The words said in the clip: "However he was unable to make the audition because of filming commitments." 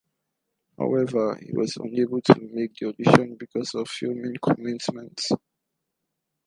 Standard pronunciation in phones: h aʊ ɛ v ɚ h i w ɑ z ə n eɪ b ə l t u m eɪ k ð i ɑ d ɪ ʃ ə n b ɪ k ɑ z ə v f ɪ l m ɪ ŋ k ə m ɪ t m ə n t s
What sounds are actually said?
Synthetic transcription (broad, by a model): h aʊ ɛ v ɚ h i w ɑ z ə n eɪ b ə l t u m eɪ k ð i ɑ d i ʃ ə n b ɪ k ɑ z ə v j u m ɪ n k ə m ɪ t m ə n t s